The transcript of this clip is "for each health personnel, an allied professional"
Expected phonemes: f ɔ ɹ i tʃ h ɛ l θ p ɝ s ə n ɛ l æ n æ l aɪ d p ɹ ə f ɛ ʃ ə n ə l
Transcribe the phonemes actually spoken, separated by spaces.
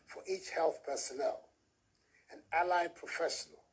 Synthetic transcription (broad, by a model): f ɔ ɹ i tʃ h ɛ l θ p ɝ s ə n ɛ l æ n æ l aɪ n p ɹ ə f ɛ ʃ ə n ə l